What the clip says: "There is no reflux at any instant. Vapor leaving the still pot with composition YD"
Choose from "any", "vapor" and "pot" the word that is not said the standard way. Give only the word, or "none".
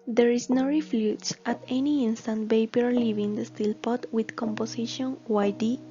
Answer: vapor